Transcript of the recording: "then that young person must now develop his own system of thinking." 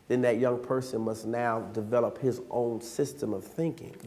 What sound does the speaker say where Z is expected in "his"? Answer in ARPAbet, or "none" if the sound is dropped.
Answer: Z